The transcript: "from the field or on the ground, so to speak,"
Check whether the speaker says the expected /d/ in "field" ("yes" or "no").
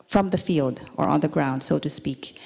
yes